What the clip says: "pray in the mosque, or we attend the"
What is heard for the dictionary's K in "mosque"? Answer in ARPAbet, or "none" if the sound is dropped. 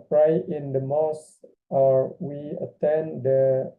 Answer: none